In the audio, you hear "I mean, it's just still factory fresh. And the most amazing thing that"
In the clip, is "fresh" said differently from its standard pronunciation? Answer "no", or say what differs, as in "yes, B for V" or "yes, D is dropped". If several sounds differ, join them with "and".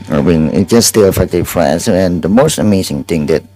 yes, S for SH